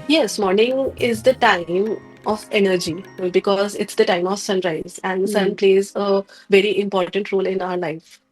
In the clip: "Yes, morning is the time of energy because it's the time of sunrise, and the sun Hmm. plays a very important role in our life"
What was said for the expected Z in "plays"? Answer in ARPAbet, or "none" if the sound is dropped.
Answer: Z